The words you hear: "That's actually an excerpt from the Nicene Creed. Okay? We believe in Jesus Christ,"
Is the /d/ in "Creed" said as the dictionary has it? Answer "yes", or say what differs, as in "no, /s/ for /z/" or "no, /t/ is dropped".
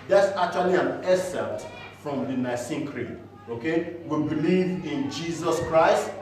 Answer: no, /d/ is dropped